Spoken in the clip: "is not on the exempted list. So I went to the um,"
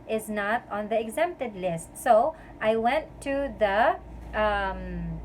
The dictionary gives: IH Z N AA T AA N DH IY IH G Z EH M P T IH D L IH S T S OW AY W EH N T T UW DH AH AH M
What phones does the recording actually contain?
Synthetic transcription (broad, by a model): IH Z N AA T AA N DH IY IH G Z EH M P T IH D L IH S T S OW AY W EH N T T UW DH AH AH M